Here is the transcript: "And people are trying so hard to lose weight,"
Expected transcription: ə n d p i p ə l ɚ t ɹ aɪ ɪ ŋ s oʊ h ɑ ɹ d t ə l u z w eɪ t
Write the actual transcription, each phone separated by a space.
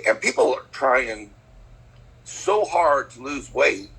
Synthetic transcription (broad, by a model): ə n p i p l ɚ t ɹ aɪ ɪ ŋ s oʊ h ɑ ɹ d t ə l u z w eɪ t